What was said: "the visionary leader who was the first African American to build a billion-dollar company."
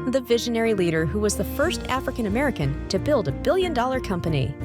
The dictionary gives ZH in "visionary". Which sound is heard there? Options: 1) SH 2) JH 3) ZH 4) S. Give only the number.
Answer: 3